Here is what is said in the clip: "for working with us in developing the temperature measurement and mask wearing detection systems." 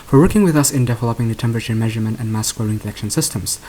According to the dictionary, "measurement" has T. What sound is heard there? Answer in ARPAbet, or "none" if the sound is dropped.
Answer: T